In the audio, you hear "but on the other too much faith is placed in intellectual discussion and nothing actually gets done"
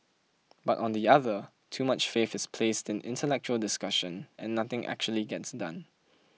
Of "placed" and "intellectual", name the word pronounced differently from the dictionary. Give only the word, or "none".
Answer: none